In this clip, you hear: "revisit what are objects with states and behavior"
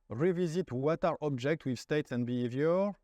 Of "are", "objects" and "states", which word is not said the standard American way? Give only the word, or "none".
objects